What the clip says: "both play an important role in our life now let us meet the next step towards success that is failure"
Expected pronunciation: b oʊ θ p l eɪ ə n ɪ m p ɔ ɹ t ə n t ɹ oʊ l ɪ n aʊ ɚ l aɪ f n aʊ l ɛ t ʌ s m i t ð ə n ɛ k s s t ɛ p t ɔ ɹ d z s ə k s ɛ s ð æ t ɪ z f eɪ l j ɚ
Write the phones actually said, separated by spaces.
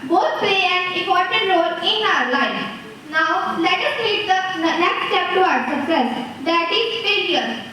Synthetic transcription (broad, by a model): b oʊ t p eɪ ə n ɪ p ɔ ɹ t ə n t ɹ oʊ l ɪ n aʊ ɚ l aɪ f n aʊ l ɛ t ʌ s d i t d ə n ɛ k s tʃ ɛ p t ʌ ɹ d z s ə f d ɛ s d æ t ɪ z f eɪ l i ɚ